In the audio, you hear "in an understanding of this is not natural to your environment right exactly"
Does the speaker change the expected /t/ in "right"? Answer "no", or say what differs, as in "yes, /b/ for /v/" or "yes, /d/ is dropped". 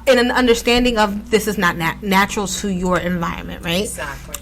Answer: yes, /t/ is dropped